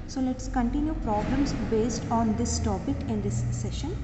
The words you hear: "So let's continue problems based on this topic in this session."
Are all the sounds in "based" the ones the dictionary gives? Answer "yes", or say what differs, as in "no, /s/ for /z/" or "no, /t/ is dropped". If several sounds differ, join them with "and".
yes